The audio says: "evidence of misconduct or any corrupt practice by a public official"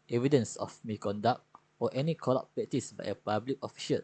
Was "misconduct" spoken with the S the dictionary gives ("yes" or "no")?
no